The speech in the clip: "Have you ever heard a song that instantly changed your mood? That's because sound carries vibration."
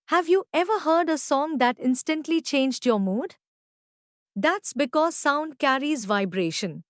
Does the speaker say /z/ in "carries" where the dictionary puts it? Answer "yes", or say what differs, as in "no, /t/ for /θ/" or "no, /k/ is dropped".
yes